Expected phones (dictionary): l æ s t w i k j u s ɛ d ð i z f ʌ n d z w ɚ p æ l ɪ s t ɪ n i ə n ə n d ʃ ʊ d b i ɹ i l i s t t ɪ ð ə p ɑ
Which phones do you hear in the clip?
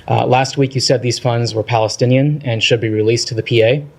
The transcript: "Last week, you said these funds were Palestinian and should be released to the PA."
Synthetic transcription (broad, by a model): l æ s t w i k j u s ɛ d ð i z f ʌ n d z w ɚ p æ l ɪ s t ɪ n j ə n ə n ʃ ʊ d b i ɹ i l i s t t ɪ ð ə p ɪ